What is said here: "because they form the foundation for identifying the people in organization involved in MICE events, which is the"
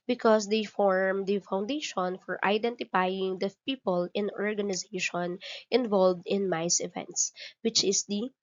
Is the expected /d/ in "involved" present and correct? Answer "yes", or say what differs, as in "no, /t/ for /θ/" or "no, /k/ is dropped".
yes